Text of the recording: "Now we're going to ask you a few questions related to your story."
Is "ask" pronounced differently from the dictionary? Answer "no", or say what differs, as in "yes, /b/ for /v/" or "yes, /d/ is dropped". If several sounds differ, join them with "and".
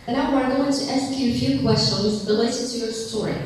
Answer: no